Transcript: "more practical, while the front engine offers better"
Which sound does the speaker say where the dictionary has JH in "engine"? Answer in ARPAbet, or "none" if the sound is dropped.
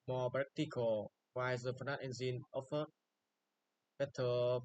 Z